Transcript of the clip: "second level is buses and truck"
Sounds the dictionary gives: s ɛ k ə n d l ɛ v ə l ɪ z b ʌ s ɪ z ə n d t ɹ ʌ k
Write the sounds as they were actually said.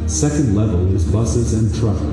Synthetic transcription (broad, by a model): s ɛ k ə n d l ɛ v ə l ɪ z b ʌ s ɪ z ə n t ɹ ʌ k